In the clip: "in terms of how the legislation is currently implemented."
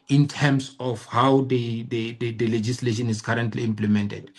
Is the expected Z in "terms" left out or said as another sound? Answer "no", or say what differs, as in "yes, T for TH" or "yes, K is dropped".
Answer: yes, S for Z